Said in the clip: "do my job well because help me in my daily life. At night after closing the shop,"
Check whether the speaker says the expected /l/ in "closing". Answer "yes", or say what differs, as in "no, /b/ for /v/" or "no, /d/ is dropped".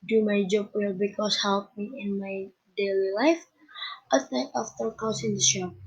no, /l/ is dropped